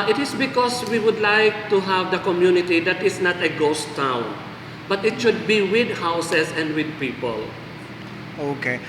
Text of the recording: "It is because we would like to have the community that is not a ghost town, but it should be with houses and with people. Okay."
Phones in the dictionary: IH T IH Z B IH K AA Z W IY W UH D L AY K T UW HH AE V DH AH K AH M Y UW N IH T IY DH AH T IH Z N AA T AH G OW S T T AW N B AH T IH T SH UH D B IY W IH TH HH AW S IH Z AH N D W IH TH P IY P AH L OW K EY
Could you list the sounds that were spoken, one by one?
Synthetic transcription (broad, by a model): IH T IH S B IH K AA S W IY W UH D L AY K T UW HH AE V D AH K AH M Y UW N IH T IY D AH T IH S N AA T AH G OW S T T AW N B AH T IH T SH UH D B IY W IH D HH AW S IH S AH N D W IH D P IY P AH L OW K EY